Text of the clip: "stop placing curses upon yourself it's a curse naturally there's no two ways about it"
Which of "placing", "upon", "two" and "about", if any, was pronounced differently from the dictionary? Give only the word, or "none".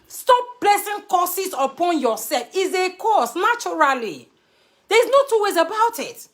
placing